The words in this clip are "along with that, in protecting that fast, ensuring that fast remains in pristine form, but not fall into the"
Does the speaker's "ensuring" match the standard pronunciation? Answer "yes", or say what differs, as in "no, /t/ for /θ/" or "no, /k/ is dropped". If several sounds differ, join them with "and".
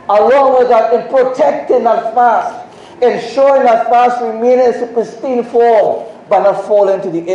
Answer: no, /ɹ/ is dropped